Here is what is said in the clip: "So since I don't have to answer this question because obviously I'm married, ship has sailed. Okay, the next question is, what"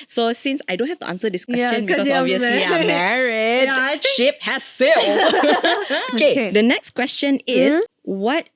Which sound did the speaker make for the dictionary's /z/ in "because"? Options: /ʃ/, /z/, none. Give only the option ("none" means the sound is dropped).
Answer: none